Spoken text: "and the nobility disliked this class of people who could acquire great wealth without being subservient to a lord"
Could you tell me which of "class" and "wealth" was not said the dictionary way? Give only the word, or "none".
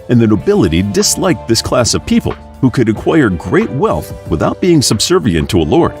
none